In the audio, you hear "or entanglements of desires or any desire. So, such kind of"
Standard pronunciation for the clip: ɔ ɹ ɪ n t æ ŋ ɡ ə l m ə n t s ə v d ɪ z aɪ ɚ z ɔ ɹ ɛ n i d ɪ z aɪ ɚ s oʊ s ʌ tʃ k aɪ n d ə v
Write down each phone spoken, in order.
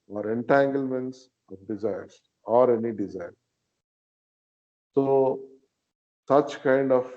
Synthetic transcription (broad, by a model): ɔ ɹ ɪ n t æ ŋ ɡ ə l m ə n t s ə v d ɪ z aɪ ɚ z ɔ ɹ ɛ n i d ɪ z aɪ ɚ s oʊ s ʌ tʃ k aɪ n d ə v